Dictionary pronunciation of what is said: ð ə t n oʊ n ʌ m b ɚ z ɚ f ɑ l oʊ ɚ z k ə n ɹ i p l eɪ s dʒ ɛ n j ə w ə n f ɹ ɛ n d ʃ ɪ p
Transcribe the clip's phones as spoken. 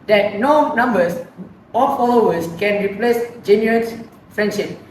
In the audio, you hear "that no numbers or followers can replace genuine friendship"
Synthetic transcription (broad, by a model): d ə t n oʊ n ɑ m b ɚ s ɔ f ɑ l oʊ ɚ s k ə n ɹ i p l eɪ s dʒ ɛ n j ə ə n f ɹ ɛ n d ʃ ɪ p